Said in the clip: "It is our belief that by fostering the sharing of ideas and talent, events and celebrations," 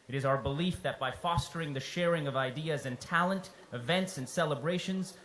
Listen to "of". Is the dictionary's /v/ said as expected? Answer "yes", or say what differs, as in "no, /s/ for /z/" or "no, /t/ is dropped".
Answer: yes